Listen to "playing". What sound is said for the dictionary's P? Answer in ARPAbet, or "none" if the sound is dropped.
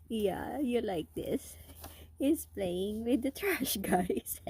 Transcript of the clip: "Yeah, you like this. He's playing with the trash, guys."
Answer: P